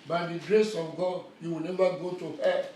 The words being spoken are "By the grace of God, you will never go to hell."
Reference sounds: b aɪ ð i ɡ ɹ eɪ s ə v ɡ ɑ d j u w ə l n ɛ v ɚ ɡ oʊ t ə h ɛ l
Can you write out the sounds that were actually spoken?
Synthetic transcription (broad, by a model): b aɪ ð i ɡ ɹ eɪ s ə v ɡ ɑ d j u w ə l n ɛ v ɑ ɡ oʊ t ə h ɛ